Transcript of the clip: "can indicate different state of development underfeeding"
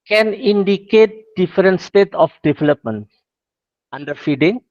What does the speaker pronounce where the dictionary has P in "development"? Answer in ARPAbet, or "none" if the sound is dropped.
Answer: P